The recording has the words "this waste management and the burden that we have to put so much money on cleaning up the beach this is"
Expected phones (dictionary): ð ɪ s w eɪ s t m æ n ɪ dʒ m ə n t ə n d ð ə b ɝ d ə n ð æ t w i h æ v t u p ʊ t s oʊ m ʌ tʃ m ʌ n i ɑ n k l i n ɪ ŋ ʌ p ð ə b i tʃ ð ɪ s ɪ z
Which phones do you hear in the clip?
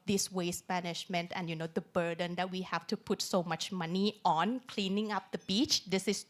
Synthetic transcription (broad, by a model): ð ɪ s w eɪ s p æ n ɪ ʃ m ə n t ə n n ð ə b ɝ d ə n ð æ t w i h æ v t u p ʊ t s oʊ m ʌ tʃ m ʌ n i ɑ n k l i n ɪ ŋ ʌ p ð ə b i tʃ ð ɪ s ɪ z